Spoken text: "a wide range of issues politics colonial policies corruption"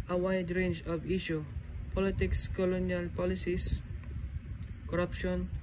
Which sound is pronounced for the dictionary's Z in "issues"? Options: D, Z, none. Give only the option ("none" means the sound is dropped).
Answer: none